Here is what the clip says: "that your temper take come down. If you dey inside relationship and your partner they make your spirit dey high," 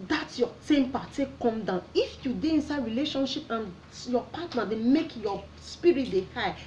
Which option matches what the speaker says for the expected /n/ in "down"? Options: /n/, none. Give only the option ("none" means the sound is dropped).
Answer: /n/